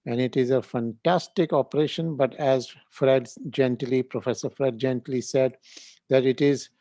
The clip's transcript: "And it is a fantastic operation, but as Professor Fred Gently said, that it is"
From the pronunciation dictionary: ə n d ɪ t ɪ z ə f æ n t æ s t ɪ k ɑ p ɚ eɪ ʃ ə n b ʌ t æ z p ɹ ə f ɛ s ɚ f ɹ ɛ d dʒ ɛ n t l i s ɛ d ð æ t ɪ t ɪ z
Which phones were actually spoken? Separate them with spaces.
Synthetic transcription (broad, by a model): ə n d ɪ t ɪ z ə f æ n t æ s t ɪ k ɑ p ɚ eɪ ʃ ə n b ʌ t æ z p ɹ ə f ɛ s ɚ f ɹ ɛ d dʒ ɛ n t l i s ɛ d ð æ t ɪ t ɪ z